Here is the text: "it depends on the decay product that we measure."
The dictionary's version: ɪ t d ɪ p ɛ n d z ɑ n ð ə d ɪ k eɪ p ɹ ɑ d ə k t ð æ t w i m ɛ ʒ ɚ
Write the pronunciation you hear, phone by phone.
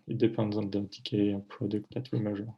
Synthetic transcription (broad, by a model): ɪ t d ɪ p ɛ n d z ɑ n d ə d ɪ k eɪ p ɹ ɑ d ə k t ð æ t w i m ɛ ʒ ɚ